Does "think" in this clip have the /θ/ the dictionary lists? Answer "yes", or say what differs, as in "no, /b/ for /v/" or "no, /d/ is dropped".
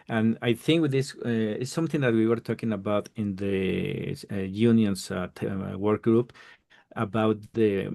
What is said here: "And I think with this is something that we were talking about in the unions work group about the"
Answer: yes